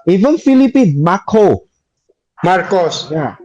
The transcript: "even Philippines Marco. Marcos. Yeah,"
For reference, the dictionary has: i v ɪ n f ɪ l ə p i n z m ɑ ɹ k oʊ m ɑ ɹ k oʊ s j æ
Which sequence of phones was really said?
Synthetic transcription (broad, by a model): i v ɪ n f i l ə p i n m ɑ k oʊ m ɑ ɹ k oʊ s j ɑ